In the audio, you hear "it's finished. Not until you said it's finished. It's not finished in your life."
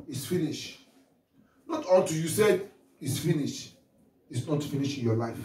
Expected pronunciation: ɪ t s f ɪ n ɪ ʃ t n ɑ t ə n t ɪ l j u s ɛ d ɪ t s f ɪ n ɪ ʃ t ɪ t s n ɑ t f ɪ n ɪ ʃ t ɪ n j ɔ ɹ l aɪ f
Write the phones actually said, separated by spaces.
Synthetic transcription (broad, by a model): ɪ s f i n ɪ ʃ n ɑ t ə l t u j u s ɛ d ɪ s f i n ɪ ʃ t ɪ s n ɑ t f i n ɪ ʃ ɪ n j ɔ l aɪ f